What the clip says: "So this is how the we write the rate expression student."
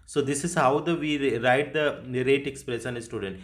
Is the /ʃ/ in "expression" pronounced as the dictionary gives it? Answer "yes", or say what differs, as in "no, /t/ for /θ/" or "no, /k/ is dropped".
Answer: no, /s/ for /ʃ/